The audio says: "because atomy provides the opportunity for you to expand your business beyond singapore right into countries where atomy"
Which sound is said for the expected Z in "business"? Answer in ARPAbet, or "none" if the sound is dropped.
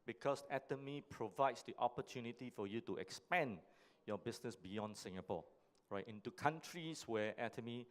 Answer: S